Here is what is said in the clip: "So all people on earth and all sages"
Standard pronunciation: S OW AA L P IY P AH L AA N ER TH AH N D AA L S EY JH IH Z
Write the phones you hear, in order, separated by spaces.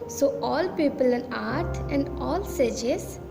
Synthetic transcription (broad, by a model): S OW AA L P IY P AH L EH N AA T AH N D AA L S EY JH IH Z